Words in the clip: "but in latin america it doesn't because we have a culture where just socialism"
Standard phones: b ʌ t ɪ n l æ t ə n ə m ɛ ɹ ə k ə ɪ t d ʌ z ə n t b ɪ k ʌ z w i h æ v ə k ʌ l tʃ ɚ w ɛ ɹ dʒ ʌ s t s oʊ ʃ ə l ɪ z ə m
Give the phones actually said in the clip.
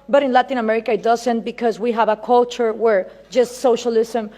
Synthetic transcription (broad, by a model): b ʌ t ɪ n l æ t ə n ə m ɛ ɹ ə k ə ɪ t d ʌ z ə n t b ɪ k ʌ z w i h æ v ə k ʌ l tʃ ɚ w ɛ ɹ dʒ ʌ s t s oʊ ʃ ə l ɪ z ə m